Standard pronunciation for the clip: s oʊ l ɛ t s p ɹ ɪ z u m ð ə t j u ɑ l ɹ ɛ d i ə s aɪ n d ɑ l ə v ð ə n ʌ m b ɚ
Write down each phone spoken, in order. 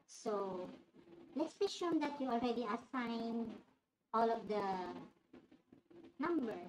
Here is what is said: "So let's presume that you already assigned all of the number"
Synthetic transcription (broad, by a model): s oʊ l ɛ t s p ɪ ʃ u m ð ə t j u ɑ l ɹ ɛ d i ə s aɪ n ɑ l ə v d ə n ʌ m b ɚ